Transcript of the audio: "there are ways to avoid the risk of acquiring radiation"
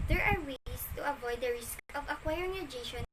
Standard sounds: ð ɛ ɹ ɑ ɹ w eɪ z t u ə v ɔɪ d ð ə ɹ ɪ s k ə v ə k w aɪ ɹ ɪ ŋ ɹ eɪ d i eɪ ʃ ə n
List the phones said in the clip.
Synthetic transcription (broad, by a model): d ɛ ɹ ɑ ɹ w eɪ s t u ə v ɔɪ d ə ɹ ɪ s k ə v ə k w aɪ ɹ ɪ ŋ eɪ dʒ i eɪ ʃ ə n